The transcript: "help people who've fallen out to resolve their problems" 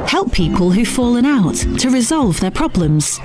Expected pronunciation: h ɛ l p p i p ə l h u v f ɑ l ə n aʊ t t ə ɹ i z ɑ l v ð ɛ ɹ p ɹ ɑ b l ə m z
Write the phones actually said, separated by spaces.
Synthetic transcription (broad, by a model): h ɛ l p p i p ə l h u f ɑ l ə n aʊ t t ə ɹ i z ɑ l v ð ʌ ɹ p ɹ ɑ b l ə m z